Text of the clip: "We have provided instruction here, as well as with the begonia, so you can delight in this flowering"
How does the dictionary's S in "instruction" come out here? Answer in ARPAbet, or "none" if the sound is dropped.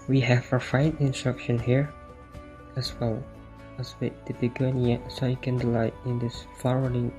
S